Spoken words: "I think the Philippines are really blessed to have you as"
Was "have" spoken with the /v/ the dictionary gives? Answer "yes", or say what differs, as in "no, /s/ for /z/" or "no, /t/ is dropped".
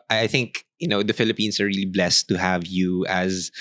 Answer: yes